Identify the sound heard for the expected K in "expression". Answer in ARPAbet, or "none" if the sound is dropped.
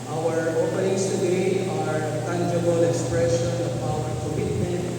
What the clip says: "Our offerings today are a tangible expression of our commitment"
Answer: K